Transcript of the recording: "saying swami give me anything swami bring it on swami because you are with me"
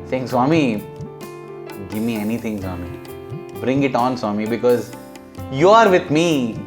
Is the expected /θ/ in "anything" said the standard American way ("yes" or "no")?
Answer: no